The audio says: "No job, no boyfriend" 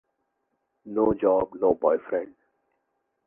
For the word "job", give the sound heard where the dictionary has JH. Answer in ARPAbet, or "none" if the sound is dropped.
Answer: JH